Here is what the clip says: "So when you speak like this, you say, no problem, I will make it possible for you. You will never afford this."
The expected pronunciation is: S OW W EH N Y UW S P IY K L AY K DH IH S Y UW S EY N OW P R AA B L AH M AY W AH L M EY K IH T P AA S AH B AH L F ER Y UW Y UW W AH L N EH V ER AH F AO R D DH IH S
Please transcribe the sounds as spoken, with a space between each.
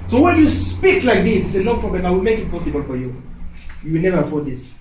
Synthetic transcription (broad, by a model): S OW W EH N Y UW S P IY K L AY K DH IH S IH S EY L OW P R AA B L AH M AY W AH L M EY K IH T P AA S AH B AH L F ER Y UW Y UW W AH L N EH V ER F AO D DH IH S